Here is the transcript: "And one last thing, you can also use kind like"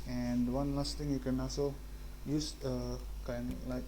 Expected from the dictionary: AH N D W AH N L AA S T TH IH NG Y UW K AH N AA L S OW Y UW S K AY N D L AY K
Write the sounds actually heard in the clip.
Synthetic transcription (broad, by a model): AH N D W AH N L AA S T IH NG Y UW K AH N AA S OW Y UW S K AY N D L AY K